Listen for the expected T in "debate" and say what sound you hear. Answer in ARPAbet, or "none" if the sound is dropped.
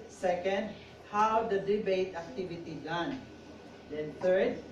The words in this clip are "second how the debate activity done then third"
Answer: T